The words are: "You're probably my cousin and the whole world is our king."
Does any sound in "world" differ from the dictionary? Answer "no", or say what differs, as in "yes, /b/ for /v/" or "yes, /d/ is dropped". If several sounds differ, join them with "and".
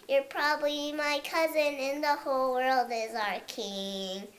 no